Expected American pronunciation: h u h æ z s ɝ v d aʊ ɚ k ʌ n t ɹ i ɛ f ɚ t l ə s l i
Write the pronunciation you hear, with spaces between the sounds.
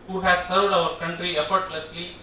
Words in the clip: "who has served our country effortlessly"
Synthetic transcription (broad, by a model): h u h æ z s ɝ v d aʊ ɚ k ʌ n t ɹ i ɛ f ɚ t l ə s l i